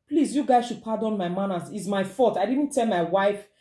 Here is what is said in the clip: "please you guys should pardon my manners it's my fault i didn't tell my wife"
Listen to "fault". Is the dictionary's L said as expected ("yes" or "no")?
no